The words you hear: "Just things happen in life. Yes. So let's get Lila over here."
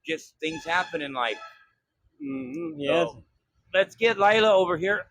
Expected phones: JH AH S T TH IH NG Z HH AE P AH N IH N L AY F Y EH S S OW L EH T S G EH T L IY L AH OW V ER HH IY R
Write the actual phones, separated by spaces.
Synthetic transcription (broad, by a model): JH AH S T TH IH NG Z HH AE P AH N IH N L AY F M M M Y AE L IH T S G EH T L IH L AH OW V ER HH IY R